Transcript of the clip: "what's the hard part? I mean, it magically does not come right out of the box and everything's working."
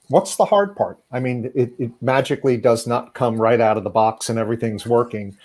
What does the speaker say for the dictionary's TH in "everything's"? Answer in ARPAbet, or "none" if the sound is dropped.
TH